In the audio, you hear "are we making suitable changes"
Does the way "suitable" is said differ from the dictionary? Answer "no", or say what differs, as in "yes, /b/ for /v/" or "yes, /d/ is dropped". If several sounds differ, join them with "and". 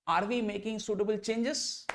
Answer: no